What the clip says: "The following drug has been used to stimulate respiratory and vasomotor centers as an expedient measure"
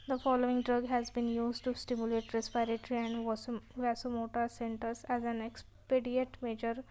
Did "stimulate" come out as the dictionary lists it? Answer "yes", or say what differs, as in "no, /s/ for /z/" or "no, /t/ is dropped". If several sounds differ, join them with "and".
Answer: yes